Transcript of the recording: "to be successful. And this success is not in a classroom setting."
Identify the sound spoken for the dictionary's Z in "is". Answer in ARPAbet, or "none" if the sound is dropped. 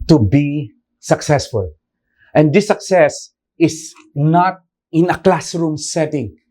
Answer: S